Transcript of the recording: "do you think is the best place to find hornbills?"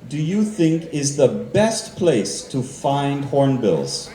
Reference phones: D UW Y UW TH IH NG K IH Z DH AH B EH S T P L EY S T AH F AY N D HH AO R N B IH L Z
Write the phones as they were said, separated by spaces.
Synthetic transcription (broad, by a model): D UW Y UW TH IH NG K IH Z DH AH B EH S T P L EY S T AH F AY N D HH AO R N B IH L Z